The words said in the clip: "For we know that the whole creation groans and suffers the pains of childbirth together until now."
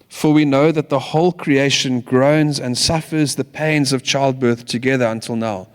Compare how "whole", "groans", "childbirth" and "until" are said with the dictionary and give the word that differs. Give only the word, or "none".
none